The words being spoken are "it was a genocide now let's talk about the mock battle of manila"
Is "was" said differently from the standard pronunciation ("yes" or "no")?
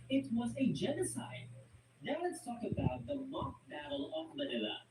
no